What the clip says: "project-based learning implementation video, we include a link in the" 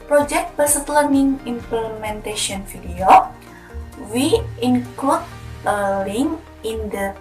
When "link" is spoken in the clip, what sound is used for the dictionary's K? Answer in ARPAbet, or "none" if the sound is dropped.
none